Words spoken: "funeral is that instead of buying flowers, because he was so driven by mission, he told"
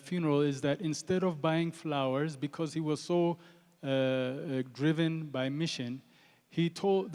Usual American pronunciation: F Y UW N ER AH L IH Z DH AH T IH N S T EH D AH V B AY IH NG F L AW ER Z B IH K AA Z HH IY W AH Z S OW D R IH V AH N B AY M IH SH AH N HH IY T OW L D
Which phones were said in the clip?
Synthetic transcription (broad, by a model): F Y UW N ER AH L IH Z DH AH T IH N S T EH D AH V B AY IH NG F L AW ER Z B IH K AA Z HH IY W AH Z S OW D R IH V AH N B AY M IH SH AH N HH IY T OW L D